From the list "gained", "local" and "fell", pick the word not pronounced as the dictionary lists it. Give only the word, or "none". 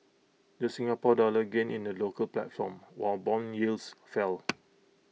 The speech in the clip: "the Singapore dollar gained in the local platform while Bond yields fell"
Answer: gained